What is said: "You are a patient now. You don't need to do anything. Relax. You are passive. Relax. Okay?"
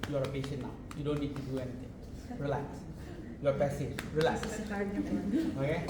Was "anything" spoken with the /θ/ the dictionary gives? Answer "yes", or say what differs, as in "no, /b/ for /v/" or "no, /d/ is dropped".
no, /t/ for /θ/